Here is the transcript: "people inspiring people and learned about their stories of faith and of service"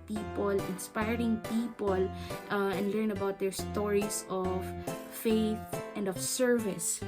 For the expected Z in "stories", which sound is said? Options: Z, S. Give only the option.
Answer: S